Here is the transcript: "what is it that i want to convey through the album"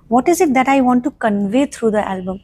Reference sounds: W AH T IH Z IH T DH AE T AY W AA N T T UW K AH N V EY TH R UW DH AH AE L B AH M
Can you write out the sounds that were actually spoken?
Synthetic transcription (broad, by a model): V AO T IH Z IH T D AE T AY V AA N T T UW K AH N V EY T R UW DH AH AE L B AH M